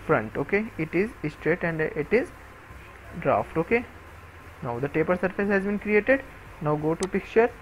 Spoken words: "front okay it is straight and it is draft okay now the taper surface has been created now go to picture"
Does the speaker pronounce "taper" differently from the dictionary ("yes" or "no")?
no